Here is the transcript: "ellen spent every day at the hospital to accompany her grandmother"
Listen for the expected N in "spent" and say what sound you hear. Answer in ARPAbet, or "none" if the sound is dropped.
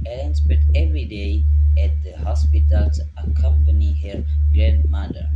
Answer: none